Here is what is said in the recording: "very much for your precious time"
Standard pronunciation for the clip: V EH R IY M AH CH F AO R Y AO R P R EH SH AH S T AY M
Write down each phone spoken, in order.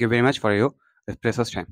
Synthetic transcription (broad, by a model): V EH R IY M AH CH F AO R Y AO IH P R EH S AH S T AY M